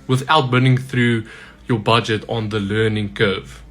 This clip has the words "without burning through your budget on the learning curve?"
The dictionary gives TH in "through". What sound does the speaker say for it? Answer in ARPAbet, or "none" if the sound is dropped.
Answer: TH